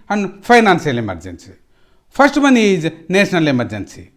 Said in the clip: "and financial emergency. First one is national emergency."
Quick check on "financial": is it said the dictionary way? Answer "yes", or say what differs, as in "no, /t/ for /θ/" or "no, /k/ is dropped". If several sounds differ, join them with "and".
no, /s/ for /ʃ/